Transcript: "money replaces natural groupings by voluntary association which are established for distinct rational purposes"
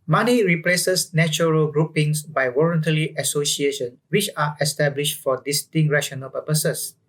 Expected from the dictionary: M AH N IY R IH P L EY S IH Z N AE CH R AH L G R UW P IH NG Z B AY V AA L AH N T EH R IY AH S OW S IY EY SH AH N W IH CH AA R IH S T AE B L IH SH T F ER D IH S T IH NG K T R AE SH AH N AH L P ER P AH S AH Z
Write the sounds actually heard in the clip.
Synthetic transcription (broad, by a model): M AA N IY R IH P L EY S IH S N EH CH R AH L G R UW P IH NG S B AY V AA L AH N T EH L IY AH S OW S IY EY SH AH N W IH CH AA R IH S T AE B L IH SH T F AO D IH S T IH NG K R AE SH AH N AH L P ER P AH S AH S